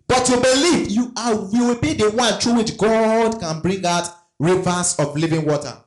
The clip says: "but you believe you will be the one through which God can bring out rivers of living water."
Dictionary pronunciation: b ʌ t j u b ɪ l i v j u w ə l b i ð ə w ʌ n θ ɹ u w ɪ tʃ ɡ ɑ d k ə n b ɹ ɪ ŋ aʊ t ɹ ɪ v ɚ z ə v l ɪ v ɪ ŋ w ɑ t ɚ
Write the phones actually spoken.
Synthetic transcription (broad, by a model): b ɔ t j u b ɪ l i v j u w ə w b i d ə w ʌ n t ɹ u w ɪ tʃ ɡ ɑ d k ə n b ɹ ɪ ŋ aʊ t ɹ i v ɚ s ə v l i v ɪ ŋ w ɑ t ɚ